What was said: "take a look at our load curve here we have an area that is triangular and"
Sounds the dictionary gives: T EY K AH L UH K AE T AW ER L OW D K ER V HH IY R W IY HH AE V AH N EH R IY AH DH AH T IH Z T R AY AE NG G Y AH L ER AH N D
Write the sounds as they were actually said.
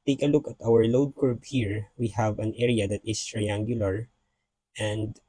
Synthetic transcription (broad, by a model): T EY K AH L UH K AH T AW ER L OW D K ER B HH IY R W IY HH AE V AH N EH R IY AH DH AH T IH S T R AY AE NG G Y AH L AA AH N D